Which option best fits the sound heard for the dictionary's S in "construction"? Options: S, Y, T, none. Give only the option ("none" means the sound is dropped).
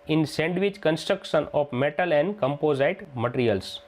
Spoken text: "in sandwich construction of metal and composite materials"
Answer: S